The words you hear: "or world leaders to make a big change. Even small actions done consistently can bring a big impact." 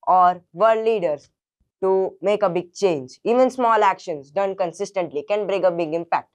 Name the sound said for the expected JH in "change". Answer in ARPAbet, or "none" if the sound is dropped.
JH